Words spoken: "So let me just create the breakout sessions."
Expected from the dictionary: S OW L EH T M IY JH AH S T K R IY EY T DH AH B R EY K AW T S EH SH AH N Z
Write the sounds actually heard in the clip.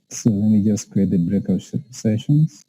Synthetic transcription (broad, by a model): S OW W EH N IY JH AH S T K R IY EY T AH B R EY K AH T S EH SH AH N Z